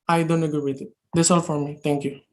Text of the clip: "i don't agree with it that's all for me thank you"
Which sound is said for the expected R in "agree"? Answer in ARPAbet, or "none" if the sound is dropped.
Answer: none